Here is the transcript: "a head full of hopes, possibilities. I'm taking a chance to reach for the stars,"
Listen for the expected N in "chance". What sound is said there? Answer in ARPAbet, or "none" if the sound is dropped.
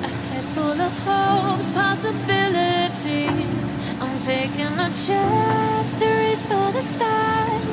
none